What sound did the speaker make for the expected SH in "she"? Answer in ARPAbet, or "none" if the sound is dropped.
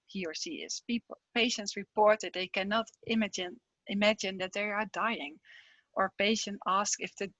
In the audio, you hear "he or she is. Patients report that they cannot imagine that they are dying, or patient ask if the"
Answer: S